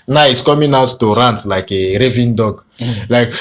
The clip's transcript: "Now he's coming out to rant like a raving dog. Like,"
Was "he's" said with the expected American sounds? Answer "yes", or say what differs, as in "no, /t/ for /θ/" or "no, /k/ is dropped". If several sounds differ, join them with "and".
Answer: no, /s/ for /z/